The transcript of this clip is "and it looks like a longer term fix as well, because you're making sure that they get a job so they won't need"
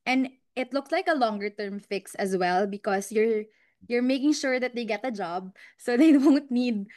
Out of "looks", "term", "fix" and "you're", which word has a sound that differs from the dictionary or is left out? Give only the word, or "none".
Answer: none